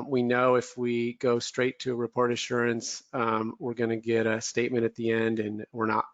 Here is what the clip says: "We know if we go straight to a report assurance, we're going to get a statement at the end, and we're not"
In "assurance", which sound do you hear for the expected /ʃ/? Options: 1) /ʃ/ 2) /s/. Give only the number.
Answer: 1